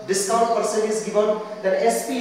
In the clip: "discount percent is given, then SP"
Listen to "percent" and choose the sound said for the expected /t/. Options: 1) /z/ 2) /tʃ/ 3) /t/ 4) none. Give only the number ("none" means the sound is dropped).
4